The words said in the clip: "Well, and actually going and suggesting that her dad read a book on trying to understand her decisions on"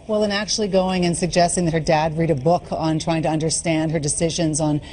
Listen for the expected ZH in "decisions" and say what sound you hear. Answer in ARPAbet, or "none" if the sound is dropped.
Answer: ZH